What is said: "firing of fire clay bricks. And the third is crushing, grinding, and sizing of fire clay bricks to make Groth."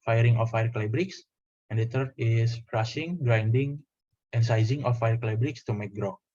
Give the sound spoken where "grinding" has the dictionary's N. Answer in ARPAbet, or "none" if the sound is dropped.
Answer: N